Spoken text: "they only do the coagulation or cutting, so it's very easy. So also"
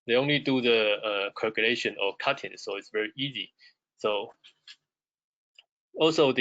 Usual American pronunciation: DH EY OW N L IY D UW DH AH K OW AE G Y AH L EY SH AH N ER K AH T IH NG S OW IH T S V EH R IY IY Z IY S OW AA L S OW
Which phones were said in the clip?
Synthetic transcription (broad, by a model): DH EY OW N L IY D UW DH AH K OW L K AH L EY SH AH N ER K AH T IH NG S OW IH T S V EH R IY IY Z IY S OW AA L S OW